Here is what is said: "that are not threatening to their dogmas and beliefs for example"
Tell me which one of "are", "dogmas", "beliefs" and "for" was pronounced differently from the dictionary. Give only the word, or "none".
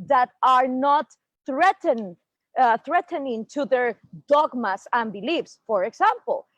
dogmas